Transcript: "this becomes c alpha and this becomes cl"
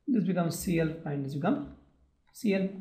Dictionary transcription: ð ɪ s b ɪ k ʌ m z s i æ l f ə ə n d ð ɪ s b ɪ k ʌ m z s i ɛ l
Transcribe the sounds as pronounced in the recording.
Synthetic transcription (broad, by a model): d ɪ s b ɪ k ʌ m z s i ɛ l p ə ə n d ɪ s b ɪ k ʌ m s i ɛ l